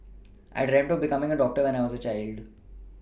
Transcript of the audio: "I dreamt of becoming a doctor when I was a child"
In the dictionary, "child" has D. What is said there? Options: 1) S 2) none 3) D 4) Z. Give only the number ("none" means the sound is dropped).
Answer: 3